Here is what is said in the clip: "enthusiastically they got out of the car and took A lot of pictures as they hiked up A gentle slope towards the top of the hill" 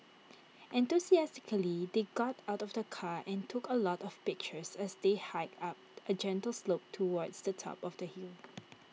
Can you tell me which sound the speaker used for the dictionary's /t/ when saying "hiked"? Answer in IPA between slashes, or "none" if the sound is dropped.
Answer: none